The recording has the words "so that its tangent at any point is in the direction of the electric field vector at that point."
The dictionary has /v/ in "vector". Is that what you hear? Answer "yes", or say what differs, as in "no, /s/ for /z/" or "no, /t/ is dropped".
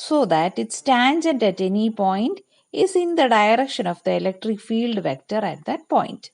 yes